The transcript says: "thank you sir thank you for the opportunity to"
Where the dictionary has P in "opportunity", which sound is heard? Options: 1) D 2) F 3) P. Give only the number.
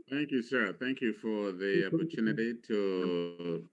3